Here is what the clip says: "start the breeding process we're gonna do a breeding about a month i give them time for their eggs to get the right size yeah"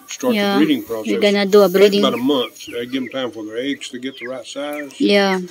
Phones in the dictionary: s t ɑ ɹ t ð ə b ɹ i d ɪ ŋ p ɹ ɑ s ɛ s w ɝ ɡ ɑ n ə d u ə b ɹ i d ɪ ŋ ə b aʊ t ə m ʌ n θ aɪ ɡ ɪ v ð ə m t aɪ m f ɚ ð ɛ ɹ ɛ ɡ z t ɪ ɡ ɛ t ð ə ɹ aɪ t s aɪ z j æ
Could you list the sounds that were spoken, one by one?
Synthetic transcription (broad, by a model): s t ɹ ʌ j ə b ɹ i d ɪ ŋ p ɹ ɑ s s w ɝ ɡ ɑ n ə d u ə b ɹ i d ɪ ŋ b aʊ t ə m ʌ n θ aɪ ɡ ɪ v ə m t aɪ m f ɚ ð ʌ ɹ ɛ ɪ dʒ t ɪ ɡ ɛ t ð ə ɹ aɪ t s aɪ z j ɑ